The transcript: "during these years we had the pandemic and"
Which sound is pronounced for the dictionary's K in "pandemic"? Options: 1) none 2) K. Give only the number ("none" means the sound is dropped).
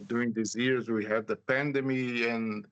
1